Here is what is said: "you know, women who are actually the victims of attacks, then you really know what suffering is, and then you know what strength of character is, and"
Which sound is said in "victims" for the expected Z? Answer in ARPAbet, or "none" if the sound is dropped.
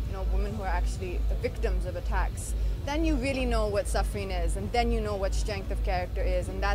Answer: Z